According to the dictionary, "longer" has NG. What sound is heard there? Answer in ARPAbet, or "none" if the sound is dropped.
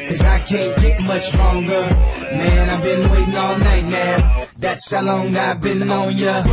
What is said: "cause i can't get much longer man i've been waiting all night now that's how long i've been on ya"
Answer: NG